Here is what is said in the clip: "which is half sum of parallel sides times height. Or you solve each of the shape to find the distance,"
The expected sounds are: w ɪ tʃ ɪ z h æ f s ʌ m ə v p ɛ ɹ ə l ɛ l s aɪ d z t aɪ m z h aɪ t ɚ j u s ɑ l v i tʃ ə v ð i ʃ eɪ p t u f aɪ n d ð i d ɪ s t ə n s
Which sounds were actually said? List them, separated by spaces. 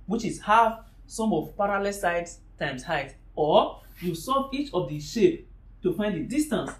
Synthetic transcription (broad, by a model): w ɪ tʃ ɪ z h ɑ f s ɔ m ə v p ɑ ɹ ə l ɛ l s aɪ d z t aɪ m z h aɪ t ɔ j u s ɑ v i tʃ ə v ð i ʃ eɪ p t u f aɪ n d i d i s t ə n s